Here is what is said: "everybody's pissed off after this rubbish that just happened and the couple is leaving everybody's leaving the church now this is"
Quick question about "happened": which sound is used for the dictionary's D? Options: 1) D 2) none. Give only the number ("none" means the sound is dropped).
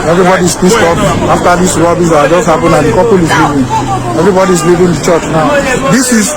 2